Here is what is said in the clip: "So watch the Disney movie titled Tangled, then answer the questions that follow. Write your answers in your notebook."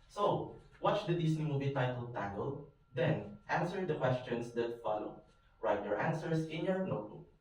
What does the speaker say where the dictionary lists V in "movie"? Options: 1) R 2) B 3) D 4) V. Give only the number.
2